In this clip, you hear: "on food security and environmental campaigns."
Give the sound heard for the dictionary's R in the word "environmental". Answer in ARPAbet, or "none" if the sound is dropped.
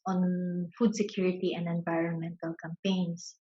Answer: R